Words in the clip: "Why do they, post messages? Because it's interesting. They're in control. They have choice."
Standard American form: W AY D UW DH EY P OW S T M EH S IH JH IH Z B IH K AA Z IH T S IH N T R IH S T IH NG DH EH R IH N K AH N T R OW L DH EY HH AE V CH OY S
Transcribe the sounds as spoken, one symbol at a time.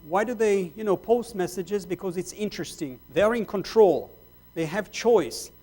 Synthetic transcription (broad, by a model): W AY D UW DH EY P OW S T M EH S IH JH IH Z B IH K AA Z IH T S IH N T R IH S T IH NG DH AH R IH N K AH N T R OW L DH EY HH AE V CH OY S